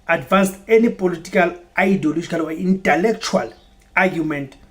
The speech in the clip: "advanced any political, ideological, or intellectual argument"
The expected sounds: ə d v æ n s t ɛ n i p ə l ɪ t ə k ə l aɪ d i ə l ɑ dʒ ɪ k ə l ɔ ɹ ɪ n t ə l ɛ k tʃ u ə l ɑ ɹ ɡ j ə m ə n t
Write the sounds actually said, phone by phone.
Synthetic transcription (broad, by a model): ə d v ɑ n s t ɛ n i p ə l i t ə k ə l aɪ d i l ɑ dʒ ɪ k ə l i w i n t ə l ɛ k tʃ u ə l ɑ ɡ j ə m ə n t